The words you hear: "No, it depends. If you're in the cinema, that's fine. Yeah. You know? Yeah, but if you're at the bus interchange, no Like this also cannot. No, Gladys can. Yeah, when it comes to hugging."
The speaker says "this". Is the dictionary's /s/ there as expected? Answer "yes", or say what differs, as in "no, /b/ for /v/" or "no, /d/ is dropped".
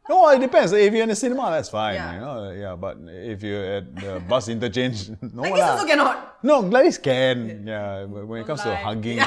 no, /s/ is dropped